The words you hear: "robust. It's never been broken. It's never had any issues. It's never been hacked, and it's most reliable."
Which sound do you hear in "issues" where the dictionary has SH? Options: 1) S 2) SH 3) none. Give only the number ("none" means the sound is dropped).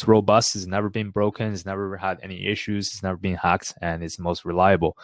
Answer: 2